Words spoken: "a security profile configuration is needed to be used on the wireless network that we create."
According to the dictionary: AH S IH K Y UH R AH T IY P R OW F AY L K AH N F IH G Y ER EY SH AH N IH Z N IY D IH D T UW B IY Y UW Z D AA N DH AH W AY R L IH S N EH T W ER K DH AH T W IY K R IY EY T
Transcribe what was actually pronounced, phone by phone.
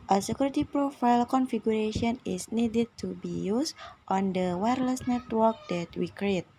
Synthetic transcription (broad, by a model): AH S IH K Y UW R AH T IY P R OW F AY L K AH N F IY G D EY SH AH N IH S N IY D IH D T UW B IY Y UW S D AA N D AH W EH R L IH S N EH T W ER K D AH T W IY K R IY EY T